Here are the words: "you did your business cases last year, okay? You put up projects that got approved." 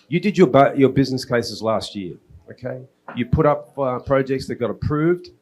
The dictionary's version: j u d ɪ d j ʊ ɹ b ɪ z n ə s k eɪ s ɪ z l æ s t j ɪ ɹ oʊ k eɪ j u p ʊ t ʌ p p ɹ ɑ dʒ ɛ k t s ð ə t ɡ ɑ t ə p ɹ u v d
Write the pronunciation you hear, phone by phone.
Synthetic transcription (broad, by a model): j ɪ d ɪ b j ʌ ɹ b ɪ z n ə s k eɪ s ɪ z l æ s t j ɪ ɹ oʊ k eɪ j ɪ p ʊ t ʌ p p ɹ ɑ dʒ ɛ k t s ð ə t ɡ ɑ t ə p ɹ u v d